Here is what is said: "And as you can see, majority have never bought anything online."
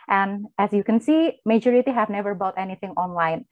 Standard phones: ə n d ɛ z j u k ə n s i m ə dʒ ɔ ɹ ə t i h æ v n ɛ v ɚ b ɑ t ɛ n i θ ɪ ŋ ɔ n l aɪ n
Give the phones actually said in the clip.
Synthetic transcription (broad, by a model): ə n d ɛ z j u k ə n s i m ə dʒ ɔ ɹ ə t i h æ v n ɛ v ɚ b ɑ t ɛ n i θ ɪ ŋ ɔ n l aɪ n